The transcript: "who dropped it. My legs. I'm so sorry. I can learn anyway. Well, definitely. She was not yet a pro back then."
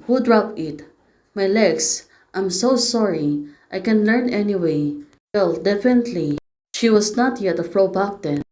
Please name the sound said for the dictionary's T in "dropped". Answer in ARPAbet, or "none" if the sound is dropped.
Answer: none